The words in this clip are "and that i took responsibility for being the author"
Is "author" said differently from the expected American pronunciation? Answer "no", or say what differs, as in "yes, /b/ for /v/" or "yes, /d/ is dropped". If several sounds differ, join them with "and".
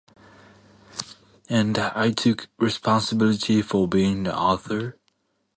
no